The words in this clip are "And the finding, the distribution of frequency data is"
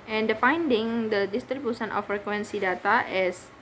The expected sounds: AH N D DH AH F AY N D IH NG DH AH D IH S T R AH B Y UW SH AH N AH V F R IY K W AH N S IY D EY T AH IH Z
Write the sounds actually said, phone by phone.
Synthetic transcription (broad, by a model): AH N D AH F AY N D IH NG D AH D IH S T R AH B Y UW S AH N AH F R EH K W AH N S IY D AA T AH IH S